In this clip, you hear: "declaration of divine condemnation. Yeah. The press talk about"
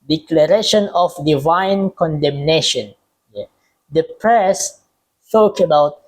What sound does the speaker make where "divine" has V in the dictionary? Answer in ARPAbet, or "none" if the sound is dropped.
V